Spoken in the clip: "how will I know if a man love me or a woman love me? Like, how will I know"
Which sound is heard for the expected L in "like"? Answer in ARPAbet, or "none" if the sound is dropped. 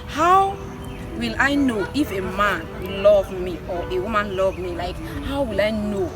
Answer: L